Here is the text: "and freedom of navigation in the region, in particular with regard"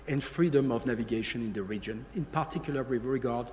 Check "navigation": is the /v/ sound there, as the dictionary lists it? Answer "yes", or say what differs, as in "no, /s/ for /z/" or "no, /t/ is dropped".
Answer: yes